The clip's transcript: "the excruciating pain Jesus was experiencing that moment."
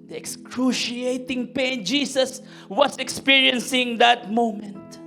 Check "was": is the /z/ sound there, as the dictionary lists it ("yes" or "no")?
no